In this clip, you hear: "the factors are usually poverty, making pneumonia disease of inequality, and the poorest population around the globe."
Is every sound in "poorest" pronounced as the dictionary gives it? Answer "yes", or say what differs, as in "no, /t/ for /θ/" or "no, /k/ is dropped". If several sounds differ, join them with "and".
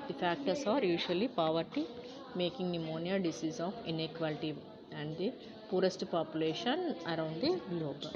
yes